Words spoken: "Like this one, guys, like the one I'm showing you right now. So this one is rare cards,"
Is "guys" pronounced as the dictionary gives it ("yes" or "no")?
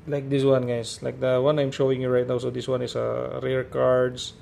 no